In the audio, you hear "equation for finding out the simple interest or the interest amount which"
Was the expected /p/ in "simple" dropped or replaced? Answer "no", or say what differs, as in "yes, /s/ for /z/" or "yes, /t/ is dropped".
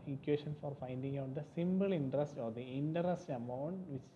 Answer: yes, /b/ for /p/